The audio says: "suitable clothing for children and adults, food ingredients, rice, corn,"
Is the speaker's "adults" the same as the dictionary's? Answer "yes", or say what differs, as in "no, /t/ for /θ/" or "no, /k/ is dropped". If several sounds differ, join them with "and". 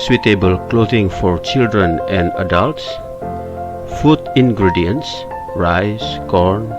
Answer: yes